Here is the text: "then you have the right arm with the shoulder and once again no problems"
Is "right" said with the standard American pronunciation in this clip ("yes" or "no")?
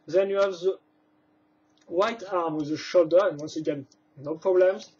no